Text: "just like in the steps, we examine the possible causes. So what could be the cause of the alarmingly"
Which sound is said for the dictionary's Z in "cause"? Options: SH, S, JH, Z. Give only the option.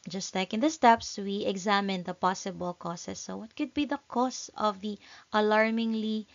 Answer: S